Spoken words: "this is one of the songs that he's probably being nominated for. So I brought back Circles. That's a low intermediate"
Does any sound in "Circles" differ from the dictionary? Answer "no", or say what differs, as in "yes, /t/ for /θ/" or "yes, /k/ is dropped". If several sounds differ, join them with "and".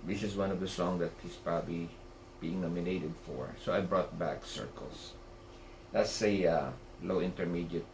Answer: yes, /s/ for /z/